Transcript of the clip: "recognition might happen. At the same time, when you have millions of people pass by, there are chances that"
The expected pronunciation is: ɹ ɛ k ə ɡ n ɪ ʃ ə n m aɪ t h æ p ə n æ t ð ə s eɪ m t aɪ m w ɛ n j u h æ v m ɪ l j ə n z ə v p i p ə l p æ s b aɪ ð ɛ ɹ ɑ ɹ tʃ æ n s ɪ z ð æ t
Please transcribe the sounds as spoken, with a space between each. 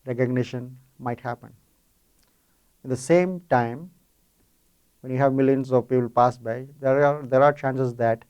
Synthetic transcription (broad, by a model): ɹ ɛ k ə ɡ n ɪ ʃ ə n m aɪ t h æ p ə n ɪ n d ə s eɪ m t aɪ m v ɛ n j u h æ v m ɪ l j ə n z ə v p i p ə l p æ s b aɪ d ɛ ɹ ɑ ɹ tʃ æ n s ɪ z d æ t